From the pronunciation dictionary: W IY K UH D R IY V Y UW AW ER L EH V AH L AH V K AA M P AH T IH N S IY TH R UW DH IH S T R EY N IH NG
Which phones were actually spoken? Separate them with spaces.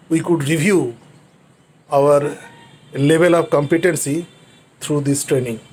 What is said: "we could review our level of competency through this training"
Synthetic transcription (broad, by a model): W IY K UH D R IY V Y UW AW ER L EH V AH L AH V K AA M P AH T IH N S IY T R UW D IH S T R EY N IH NG